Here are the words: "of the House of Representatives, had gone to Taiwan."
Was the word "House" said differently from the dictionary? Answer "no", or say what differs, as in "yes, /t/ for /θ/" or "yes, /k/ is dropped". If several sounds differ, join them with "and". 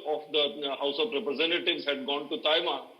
no